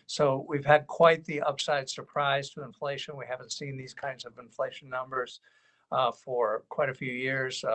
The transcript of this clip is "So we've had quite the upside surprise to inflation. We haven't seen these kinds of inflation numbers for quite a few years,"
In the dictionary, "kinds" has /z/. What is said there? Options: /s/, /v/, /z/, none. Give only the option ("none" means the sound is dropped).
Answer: /z/